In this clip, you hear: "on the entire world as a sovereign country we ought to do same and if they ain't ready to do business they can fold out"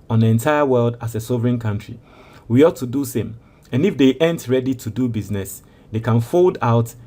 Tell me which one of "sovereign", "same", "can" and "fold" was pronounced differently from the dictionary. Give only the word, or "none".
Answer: none